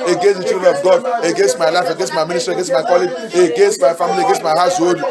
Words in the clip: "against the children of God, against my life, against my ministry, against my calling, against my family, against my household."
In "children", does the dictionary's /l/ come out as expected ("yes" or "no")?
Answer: no